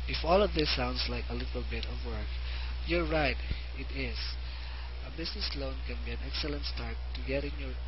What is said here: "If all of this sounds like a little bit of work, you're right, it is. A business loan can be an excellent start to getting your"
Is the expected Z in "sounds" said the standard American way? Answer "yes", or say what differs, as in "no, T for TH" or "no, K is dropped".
no, S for Z